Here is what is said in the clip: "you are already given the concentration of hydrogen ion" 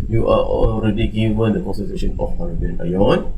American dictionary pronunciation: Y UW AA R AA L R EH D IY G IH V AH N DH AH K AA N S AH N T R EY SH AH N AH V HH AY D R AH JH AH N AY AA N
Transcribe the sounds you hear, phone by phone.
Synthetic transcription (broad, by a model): Y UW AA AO AA L R EH D IY G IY V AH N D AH K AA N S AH T EY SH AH N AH F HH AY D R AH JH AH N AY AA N